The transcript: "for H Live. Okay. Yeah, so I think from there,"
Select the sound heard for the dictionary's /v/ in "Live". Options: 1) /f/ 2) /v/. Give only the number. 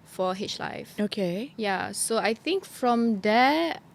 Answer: 1